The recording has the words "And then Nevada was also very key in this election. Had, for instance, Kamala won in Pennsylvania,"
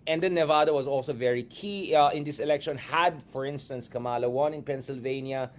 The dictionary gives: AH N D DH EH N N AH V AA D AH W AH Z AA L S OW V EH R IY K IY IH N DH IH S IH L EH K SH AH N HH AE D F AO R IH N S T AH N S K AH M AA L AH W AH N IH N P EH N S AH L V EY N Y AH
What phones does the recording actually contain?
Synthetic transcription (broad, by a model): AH N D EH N N AH V AA D AH W AH Z AA L S OW V EH R IY K IY IH N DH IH S IH L EH K SH AH N HH AE D F AO R IH N S T AH N S K AH M AA L AH W AH N IH N P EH N S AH L V EY N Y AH